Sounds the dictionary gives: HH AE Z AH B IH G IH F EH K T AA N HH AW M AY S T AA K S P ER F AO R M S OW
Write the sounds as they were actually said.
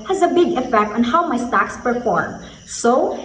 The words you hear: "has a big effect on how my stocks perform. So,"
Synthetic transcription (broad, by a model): HH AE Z AH B IH G IH F EH K T AA N HH AW M AY S T AA K S P ER F AO R M S OW